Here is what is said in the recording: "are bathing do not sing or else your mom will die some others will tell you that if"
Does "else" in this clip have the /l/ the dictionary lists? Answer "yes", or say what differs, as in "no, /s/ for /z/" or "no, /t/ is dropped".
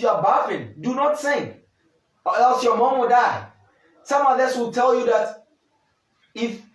no, /l/ is dropped